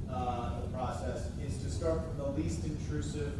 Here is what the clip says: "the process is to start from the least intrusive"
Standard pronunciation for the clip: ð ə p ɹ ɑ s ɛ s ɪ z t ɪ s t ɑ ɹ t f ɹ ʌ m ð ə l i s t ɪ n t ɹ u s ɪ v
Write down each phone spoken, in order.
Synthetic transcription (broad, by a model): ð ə p ɹ ɑ s ɛ s ɪ z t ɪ s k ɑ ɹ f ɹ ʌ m ð ə l i s t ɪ n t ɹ u s ɪ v